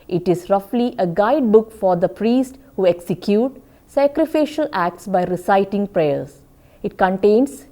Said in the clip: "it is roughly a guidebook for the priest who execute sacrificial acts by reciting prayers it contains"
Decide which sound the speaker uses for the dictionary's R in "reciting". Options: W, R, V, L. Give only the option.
R